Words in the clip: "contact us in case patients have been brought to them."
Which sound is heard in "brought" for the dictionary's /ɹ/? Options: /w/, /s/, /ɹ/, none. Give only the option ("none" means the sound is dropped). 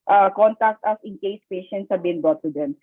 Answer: none